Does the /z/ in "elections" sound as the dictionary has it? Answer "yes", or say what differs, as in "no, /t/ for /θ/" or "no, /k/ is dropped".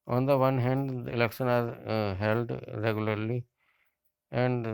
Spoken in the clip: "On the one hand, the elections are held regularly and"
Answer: no, /z/ is dropped